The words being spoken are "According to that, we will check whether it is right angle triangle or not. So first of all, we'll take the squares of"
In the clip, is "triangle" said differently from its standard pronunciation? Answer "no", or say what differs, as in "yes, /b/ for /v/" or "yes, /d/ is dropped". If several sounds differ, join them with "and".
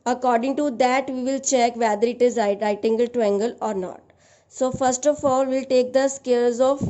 yes, /ɹ/ is dropped